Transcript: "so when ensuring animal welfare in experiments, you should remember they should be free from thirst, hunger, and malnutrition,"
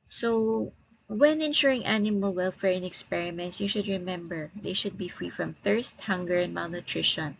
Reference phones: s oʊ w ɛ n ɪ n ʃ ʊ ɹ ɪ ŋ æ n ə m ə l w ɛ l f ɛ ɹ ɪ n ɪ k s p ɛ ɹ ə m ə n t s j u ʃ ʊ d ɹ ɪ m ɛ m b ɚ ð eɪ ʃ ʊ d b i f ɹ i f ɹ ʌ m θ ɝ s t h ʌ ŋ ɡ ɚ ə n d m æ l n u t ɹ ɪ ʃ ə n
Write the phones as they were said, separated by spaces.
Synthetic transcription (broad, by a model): s oʊ w ɛ n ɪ n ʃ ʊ ɹ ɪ ŋ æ n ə m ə l w ɛ l f ɛ ɹ ɪ n ɪ k s p ɛ ɹ ə m ə n t s j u ʃ ʊ d ɹ ɪ m ɛ m b ɚ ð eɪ ʃ ʊ d b i f ɹ i f ɹ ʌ m θ ɝ s t h ʌ ŋ ɡ ɚ ə n d m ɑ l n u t ɹ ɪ ʃ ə n